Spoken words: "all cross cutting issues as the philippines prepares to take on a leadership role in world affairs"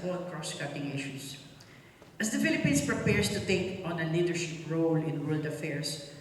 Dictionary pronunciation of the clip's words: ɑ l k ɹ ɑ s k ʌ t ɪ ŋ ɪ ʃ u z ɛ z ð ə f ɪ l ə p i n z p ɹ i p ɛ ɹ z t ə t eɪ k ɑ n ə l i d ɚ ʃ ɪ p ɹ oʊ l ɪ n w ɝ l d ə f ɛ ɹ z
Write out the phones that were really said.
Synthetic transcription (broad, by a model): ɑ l k ɹ ɑ s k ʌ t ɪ ŋ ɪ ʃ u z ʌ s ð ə f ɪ l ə p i n s p ɹ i p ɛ ɹ s t ə t eɪ k ɑ n ə l i d ɚ ʃ ɪ p ɹ oʊ l ɪ n w ɝ l d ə f ɛ ɹ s